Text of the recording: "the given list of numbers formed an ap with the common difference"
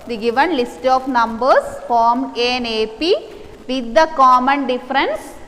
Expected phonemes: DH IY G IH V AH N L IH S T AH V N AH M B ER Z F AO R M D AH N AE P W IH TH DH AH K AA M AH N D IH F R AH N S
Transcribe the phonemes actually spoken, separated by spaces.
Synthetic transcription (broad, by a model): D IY G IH V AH N L IH S T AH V N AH M B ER S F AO R M AH N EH P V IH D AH K AA M AH N D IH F R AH N S